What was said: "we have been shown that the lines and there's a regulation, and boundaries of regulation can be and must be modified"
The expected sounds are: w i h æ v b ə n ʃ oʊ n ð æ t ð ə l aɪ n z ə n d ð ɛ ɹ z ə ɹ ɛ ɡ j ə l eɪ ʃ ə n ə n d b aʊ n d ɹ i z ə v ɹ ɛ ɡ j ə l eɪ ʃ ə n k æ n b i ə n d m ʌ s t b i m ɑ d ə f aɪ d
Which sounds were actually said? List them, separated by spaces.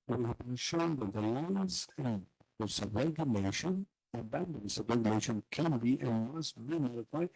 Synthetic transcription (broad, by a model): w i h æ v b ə ʃ oʊ n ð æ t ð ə l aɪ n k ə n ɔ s ə ɹ ɛ ɡ j ə l eɪ ʃ ə n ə b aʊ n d i s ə ɹ ɛ ɡ j ə l eɪ ʃ ə n k æ n b i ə n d m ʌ s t b i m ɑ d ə f aɪ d